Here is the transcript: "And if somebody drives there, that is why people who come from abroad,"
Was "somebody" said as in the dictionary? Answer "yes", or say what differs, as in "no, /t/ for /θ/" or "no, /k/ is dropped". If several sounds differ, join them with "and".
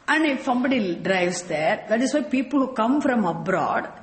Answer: yes